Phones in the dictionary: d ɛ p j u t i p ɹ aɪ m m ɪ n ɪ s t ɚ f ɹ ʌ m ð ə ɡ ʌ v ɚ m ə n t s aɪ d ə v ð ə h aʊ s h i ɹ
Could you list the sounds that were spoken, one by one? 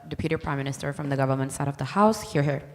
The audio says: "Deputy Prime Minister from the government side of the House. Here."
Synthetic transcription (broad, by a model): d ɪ p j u t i p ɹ aɪ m m ɪ n ɪ s t ɚ f ɹ ʌ m ð ə ɡ ʌ v ɚ m ə n t s aɪ d ə v ð ə h aʊ s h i ɹ